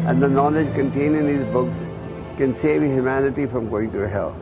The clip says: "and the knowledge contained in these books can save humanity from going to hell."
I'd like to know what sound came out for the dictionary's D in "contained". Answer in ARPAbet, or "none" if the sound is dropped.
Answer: none